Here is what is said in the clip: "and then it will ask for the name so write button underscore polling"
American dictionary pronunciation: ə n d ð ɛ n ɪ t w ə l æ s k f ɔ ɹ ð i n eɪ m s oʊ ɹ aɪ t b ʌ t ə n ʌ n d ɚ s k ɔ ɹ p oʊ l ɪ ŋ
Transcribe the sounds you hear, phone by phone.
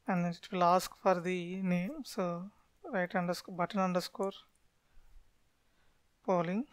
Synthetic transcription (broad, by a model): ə n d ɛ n ɪ t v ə l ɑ s k f ɔ ɹ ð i n eɪ m s oʊ ɹ aɪ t b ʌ t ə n ʌ n d ɚ s k ɔ ɹ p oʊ l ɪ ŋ